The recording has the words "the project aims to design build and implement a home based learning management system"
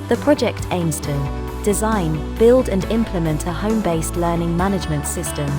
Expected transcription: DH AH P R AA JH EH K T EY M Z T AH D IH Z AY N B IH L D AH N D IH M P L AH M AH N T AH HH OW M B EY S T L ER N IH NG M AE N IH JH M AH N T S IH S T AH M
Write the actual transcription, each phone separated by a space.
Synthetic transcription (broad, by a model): DH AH P R AA JH EH K T EY M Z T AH D IH Z AY N B IH L D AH N IH M P L AH M AH N T AH HH OW M B EY S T L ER N IH NG M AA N IH JH M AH N T S IH S T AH M